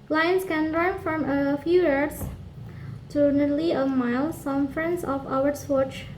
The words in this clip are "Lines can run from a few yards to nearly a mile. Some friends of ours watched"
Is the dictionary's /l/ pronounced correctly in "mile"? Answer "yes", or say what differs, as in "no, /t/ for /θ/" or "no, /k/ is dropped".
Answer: yes